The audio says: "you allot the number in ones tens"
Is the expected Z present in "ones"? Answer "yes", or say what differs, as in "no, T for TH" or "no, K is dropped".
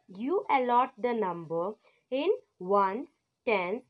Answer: no, Z is dropped